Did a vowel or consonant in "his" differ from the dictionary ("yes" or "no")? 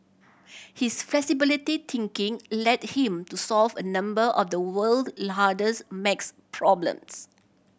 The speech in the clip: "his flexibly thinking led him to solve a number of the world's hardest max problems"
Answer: yes